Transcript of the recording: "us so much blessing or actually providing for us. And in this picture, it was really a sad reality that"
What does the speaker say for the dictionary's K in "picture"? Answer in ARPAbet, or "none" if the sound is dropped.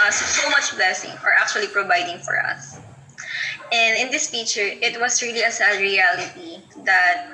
none